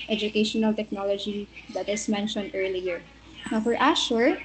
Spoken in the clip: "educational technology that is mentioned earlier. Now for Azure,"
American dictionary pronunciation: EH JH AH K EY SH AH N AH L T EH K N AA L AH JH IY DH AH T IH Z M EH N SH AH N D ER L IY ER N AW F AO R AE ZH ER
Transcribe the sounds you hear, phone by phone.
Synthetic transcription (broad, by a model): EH JH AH K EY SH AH N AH L T EH K N AA L AH JH IY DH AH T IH S M EH N SH AH N D ER L IY ER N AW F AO R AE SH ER